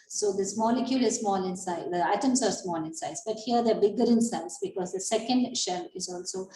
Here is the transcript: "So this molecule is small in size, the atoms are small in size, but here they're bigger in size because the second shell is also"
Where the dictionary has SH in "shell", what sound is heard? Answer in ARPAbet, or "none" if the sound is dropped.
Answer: SH